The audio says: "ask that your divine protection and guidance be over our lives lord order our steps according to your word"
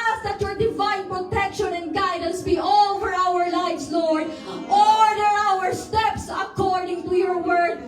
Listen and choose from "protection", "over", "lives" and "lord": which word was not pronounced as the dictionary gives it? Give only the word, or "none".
lives